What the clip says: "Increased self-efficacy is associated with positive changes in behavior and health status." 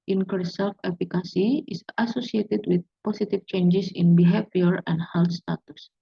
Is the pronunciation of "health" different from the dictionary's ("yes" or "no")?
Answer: yes